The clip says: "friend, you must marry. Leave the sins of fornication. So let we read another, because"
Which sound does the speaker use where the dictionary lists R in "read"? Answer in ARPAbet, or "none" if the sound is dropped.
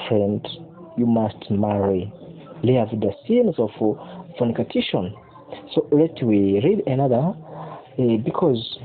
R